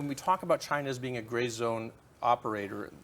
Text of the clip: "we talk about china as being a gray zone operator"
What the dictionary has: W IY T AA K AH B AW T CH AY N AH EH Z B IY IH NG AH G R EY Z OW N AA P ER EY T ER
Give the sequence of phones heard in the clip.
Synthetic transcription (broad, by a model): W IY T AA K AH B AW T CH AY N AH Z B IY IH NG AH G R EY Z OW N AA P ER EY T ER